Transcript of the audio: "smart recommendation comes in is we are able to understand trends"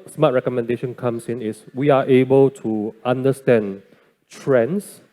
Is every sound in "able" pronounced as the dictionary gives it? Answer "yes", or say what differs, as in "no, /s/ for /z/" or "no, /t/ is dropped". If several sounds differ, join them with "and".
yes